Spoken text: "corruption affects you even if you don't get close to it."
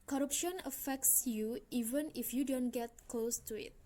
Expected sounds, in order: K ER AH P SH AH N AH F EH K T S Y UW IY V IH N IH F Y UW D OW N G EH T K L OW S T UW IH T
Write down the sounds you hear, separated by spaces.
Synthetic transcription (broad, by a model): K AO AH P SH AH N AH F EH K T S Y UW IY V IH N IH F Y UW D OW N G EH T K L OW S T UW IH T